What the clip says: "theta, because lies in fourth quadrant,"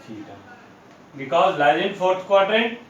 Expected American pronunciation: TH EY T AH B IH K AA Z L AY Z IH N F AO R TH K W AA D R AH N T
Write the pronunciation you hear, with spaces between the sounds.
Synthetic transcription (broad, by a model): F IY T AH B IH K AA Z L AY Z IH N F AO R T K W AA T R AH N